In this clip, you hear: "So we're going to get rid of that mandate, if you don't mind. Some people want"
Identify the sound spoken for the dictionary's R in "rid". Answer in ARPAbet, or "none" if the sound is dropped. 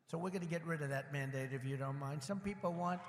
R